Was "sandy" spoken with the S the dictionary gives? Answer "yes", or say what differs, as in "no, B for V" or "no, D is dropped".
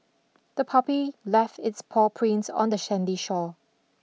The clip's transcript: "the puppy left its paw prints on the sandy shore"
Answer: no, SH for S